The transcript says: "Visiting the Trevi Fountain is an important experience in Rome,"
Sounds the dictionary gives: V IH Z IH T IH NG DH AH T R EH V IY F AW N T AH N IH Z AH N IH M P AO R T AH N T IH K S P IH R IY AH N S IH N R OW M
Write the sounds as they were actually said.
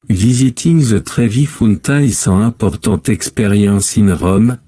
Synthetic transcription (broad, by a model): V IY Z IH T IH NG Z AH T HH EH V IY F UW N T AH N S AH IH P AO R T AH T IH K S P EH R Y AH S IH N R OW M